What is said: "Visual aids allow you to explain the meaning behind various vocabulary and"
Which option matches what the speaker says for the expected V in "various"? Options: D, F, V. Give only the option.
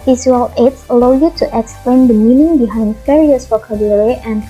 F